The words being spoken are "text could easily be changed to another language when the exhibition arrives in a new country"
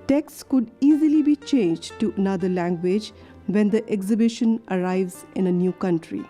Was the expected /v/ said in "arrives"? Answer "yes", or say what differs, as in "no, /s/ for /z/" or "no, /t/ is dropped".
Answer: yes